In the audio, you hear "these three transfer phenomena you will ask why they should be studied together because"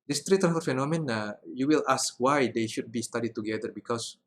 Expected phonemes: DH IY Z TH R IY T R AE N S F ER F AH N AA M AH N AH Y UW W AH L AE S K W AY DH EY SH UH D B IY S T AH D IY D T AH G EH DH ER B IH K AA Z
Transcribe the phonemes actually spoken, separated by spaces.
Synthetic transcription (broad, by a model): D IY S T R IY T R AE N F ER F AH N AA M AH N AH Y UW W AH L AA S K W AY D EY SH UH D B IY S T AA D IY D T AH G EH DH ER B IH K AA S